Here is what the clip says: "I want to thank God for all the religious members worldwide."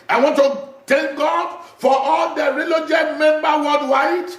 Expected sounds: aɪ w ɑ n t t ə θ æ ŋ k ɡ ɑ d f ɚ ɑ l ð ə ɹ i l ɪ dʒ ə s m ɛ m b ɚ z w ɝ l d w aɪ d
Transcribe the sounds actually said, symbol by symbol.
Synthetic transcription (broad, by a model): aɪ w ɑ n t t ə t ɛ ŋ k ɡ ɑ d f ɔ ɑ l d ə ɹ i l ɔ dʒ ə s m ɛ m b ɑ w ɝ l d w aɪ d